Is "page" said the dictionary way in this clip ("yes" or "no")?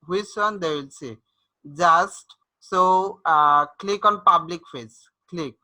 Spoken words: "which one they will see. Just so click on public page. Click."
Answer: no